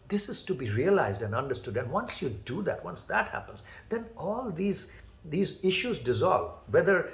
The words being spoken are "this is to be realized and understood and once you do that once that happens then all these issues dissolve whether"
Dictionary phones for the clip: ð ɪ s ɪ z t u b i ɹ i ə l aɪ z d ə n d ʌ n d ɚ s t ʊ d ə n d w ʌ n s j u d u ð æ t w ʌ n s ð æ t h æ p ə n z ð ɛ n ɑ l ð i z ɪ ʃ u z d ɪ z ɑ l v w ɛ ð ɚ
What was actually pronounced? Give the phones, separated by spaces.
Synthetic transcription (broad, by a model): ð ɪ s ɪ z t u b i ɹ i ə l aɪ z d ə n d ʌ n d ɚ s t ʊ d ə n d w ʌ n s j u d u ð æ t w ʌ n s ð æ t h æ p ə n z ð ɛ n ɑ l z i z ɪ ʃ u z d ɪ z ɑ l v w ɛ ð ɚ